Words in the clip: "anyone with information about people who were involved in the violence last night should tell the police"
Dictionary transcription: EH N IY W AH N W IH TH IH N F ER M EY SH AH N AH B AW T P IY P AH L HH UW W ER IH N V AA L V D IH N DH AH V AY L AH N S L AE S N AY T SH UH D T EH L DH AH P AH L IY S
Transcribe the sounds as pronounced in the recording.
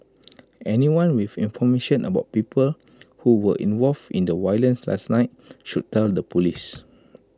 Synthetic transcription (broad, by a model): EH N IY W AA N W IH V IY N F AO M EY SH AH N AH B AW T P IY P AH L HH UW W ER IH N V AA L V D IH N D AH W AY L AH N S L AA S N AY T SH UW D T EH L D AH P AH L IY S